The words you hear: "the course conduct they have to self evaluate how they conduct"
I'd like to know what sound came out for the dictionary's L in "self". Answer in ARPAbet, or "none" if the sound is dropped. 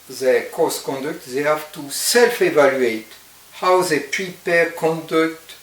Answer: L